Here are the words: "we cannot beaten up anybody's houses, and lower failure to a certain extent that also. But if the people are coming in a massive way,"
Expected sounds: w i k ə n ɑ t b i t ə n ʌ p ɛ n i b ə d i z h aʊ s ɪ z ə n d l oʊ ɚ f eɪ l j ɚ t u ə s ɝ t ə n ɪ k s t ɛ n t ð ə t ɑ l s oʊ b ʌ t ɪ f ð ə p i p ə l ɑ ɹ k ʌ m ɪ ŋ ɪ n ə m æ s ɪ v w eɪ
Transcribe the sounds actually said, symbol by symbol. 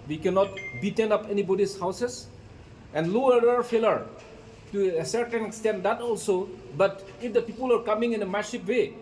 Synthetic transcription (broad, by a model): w i k ə n ɑ t b i t ə n ʌ p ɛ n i b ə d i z h aʊ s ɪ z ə n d l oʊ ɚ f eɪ l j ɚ t u ə s ɝ t ə n ɪ k s t ɛ n t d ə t ɑ l s oʊ b ʌ t ɪ f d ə p i p ə l ɑ ɹ k ʌ m ɪ ŋ ɪ n ə m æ ʃ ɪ p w eɪ